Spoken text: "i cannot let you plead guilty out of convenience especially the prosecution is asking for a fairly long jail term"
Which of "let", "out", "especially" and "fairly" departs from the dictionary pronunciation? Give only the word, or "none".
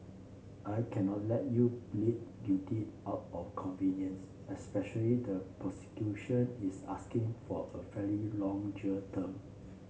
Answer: fairly